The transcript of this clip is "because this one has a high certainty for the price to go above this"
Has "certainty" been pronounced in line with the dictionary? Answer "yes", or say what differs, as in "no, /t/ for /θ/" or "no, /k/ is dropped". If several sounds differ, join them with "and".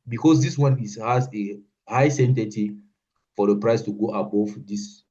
no, /n/ is dropped